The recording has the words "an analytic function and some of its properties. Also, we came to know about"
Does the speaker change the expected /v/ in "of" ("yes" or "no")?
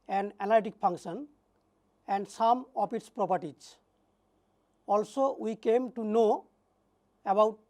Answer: yes